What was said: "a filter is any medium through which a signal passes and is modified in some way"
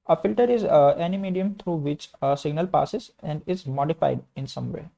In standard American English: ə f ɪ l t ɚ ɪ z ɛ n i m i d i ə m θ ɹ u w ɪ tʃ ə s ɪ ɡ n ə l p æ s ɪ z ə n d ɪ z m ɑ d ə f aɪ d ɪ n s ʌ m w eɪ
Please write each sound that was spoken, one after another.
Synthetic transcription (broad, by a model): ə f ɪ l t ɚ ɪ z ɛ n i m i d i ə m t ɹ u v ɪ tʃ ə s ɪ ɡ n ə l p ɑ s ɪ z ə n d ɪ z m ɑ d ə f aɪ d ɪ n s ʌ m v eɪ